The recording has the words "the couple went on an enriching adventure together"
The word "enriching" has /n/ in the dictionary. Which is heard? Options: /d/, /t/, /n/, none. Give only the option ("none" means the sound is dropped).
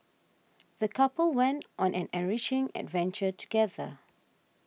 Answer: none